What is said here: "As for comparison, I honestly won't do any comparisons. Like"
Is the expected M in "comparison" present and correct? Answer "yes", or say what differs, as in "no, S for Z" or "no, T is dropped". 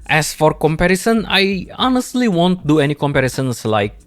yes